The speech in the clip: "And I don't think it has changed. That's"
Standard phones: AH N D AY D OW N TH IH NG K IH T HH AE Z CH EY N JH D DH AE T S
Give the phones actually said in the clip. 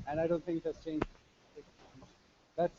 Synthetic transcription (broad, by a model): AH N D AY D OW N T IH NG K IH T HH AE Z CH EY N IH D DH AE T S